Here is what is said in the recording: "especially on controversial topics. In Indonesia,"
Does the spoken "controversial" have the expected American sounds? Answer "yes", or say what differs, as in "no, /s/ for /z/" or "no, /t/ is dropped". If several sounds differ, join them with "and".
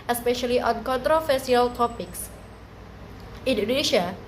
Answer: no, /s/ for /ʃ/